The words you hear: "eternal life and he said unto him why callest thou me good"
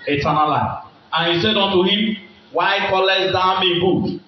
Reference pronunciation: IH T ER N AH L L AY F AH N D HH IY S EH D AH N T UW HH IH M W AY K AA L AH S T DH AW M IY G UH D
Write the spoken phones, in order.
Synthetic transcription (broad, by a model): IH T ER N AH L L AY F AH N HH IY S EH D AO N T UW HH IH M W AY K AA L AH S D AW M IY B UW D